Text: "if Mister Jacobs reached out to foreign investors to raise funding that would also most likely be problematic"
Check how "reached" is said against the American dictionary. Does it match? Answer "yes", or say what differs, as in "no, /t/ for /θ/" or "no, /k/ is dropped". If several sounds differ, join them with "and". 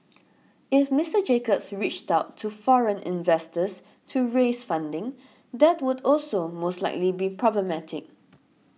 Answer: yes